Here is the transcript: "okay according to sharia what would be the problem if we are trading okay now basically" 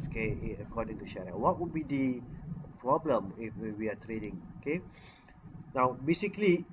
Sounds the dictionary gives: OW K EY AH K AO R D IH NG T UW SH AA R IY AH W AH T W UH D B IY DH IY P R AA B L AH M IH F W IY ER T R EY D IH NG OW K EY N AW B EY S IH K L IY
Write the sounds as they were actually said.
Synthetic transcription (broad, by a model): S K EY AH K AO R D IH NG T UW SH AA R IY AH W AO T W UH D B IY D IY P R AA B L AH M IH F W IY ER T R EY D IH NG OW K EY N AW B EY S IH K L IY